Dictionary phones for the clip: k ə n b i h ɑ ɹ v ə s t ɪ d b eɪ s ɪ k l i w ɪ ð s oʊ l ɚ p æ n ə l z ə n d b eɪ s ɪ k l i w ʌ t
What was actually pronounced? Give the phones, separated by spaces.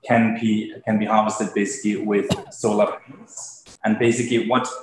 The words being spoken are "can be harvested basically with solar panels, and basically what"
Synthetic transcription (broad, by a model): k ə n b i h ɑ ɹ v ə s t ɪ d b eɪ s ɪ k l i w ɪ ð s oʊ l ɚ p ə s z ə n b eɪ s ɪ k l i w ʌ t